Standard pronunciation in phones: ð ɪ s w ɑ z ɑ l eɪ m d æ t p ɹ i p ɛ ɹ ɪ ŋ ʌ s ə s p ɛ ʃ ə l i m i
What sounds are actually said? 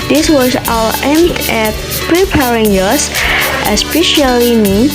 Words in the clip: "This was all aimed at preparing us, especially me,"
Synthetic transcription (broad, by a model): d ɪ s w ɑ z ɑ w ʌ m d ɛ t p ɹ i p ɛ ɹ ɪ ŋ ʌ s ə s p ɛ ʃ ə l i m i